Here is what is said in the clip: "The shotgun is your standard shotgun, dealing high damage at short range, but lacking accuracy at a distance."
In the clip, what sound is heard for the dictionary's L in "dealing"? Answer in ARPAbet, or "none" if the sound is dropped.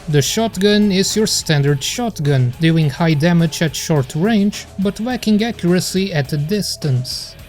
none